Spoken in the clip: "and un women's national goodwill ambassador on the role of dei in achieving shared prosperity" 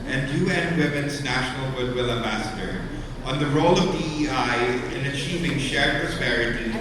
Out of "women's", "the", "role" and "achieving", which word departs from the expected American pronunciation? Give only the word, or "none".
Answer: none